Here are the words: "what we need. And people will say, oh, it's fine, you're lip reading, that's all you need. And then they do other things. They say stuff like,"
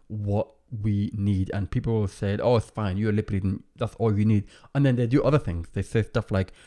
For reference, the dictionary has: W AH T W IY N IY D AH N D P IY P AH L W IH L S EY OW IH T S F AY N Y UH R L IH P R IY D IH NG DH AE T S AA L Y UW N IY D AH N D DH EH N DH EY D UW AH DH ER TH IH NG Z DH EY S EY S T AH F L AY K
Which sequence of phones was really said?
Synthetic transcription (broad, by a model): W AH T W IY N IY D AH N P IY P L W IH L S EY OW IH T S F AY N Y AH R L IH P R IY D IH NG DH AE T S AA L Y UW N IY D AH N DH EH N DH EY D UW AH DH ER TH IH NG Z DH EY S EY S T AH F L AY K